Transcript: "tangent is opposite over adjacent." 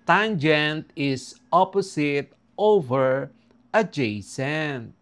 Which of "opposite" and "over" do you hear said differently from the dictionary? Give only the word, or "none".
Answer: opposite